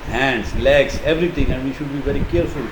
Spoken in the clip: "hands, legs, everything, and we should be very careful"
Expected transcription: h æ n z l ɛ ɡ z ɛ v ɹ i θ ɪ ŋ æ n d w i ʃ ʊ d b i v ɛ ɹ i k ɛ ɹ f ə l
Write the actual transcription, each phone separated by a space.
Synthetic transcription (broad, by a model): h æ n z l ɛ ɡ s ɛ v ɹ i t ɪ ŋ æ n d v i ʃ ʊ d b i v ɛ ɹ i k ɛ ɹ f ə l